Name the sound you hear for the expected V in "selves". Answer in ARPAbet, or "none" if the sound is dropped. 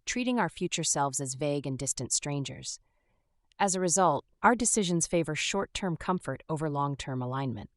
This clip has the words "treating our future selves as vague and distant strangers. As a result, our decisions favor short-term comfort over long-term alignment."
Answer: V